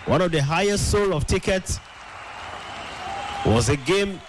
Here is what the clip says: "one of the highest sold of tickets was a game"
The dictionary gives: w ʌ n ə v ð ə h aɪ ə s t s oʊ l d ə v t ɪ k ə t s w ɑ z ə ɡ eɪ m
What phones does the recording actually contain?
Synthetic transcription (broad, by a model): w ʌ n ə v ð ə h aɪ ə s t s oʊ l ə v t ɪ k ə t s w ɑ z ə ɡ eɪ m